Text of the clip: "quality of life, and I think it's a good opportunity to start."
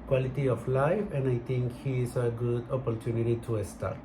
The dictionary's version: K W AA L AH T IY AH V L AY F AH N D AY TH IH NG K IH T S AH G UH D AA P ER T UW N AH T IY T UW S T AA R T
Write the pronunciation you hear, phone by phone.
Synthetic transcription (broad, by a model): K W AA L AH T IY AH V L AY F AH N D AY T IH NG K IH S AH G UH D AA P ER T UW N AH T IY T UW S T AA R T